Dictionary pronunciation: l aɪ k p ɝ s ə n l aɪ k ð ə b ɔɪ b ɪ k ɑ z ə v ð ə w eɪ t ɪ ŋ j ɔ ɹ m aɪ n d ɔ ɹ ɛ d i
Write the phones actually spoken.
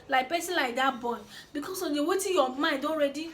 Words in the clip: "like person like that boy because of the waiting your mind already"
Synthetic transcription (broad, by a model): l aɪ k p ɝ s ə l aɪ k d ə b ɔɪ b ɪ k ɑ s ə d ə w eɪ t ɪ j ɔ m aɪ d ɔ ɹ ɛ d i